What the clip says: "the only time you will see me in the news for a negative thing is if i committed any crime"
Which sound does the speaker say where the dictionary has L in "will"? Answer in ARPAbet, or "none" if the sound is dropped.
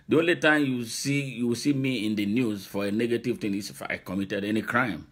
W